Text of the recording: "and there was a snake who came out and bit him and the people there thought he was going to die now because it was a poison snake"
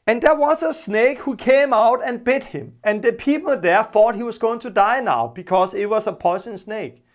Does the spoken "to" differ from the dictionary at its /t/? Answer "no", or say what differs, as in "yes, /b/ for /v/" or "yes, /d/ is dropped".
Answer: no